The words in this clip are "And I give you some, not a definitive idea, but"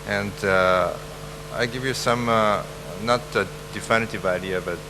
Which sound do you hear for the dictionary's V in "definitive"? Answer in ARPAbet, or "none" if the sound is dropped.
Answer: V